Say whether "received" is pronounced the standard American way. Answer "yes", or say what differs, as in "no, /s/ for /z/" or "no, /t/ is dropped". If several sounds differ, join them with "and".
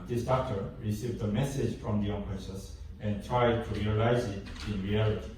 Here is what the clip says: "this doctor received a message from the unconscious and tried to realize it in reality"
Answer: yes